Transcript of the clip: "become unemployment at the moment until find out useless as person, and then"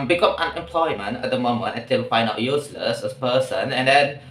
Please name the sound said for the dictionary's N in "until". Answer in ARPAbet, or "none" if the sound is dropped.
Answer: none